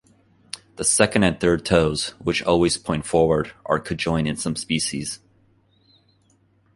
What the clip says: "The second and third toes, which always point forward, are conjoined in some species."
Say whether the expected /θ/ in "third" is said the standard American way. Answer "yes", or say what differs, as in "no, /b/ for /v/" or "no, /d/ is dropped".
yes